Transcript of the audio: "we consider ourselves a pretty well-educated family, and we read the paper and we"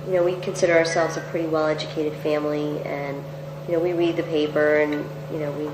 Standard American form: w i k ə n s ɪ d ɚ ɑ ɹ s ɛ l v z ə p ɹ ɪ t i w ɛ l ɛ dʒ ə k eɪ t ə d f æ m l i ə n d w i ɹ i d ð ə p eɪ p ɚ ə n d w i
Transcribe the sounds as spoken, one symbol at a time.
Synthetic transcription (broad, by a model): w i k ə n s ɪ d ɚ ɑ ɹ s ɛ l v z ə p ɹ ɪ t i w ɛ l ɛ dʒ ə k eɪ t ə d f æ m l i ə n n w i ɹ i d ð ə p eɪ p ɚ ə n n w i